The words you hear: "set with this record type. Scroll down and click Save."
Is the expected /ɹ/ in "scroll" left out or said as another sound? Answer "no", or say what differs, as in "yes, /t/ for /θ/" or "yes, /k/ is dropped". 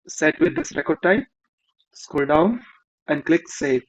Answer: yes, /ɹ/ is dropped